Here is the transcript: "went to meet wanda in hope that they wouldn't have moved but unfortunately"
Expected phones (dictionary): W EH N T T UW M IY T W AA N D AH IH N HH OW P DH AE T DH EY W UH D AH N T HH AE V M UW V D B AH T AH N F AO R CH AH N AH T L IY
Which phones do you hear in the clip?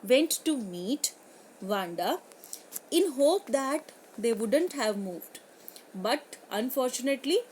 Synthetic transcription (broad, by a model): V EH N T T UW M IY T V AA N D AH IH N HH OW P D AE T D EY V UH D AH N T HH AE V M UW V D B AH T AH N F AO R CH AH N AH T L IY